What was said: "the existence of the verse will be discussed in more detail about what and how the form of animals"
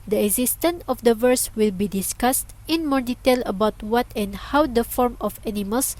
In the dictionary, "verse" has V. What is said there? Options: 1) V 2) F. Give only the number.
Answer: 1